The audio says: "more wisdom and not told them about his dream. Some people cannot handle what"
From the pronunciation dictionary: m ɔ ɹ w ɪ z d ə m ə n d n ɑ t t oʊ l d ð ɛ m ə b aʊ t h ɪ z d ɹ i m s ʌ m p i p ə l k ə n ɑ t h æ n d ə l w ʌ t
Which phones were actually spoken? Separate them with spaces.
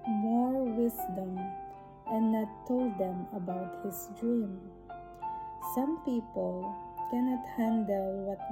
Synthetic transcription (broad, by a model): m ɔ ɹ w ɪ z d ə m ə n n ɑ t t oʊ l d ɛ m ə b aʊ t h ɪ s d ɹ i m s ʌ m p i p ə l k ə n ɑ t h æ n d ə l w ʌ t